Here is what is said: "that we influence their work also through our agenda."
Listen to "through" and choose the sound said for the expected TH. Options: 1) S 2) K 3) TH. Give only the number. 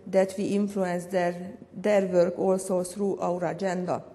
1